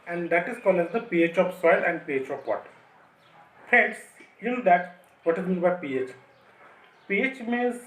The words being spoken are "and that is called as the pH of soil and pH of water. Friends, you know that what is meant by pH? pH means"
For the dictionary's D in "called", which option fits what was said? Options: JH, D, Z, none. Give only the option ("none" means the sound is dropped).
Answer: none